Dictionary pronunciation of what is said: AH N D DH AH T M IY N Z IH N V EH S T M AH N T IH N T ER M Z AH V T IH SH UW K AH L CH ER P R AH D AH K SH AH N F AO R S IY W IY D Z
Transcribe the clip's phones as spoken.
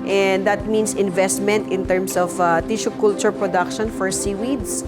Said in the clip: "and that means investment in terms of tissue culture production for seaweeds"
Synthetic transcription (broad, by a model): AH N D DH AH T M IY N S IH N V EH S T M AH N T IH N T ER M S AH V T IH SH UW K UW L CH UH P R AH D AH K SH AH N F AO R S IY W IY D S